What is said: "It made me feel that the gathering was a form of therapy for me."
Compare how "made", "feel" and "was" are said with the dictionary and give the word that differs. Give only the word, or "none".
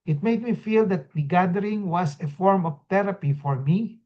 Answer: was